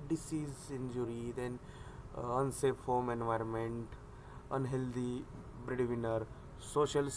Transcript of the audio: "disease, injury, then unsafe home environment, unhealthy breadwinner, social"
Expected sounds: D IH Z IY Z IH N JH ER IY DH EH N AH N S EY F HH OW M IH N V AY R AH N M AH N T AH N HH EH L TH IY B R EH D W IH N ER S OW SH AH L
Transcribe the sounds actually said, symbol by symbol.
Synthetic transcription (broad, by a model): D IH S IY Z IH N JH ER IY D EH N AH N S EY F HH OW M IH N V AY R AH N M AH N T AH N HH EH L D IY B R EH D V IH N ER S OW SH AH L